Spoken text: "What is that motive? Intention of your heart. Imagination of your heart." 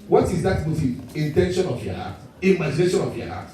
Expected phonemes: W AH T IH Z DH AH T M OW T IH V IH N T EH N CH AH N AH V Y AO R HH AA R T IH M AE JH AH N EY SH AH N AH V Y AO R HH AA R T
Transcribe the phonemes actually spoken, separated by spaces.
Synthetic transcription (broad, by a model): W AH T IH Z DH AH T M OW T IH IH N T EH N SH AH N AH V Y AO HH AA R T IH M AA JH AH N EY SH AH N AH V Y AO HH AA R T